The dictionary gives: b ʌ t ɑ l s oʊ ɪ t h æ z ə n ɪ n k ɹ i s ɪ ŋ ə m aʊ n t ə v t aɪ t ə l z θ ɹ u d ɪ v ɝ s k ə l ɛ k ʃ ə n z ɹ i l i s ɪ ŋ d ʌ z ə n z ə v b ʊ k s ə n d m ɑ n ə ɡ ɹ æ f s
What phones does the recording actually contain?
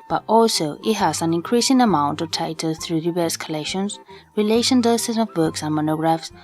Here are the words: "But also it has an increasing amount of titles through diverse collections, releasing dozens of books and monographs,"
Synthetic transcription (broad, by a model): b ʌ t ɑ l s oʊ ɪ t h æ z ə n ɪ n k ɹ i s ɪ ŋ ə m aʊ n t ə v t aɪ t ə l θ ɹ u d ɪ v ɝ s k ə l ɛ k ʃ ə n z ɹ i l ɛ ʃ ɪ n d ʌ s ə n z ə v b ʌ k s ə n m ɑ n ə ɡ ɹ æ f s